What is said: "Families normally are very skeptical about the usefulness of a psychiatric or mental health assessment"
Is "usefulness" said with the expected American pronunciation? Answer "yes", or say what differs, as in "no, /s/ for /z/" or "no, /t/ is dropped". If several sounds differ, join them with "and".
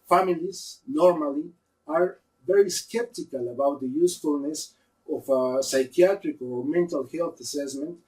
yes